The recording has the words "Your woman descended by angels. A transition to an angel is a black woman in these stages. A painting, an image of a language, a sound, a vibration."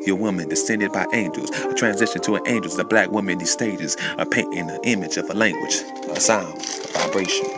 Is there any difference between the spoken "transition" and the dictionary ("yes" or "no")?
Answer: no